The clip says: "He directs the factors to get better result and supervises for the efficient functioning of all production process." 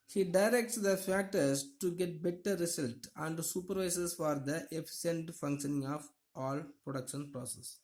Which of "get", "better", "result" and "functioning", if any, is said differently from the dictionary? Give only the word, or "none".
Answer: result